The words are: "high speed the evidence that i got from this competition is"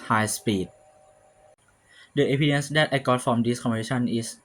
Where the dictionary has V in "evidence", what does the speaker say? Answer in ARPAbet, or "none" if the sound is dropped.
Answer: P